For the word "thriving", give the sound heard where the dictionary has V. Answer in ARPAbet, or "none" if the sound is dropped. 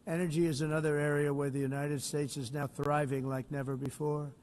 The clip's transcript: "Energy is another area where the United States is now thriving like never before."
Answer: V